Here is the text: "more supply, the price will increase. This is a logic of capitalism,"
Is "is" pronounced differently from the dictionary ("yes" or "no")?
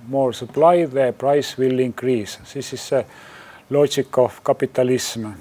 yes